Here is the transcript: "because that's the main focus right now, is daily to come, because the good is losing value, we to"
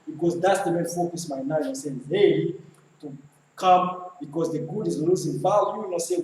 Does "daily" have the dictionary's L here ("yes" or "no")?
no